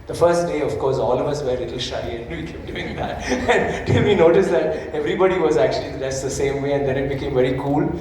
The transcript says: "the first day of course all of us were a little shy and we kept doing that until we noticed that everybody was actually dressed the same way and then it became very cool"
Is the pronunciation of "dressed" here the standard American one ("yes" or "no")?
no